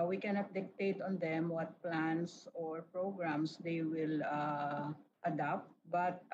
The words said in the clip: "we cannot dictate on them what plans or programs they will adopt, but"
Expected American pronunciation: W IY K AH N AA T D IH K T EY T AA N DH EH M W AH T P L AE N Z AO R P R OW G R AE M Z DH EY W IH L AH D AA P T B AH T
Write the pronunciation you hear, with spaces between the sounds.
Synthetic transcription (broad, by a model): W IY K AH N AA T D IH K T EY T AA N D EH M W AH T P L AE N S AO R P R OW G R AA M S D EY W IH L AH D AA P T B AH T